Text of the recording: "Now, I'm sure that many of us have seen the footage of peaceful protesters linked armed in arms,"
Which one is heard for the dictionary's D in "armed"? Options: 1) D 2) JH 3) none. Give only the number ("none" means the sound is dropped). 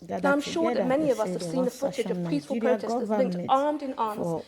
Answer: 1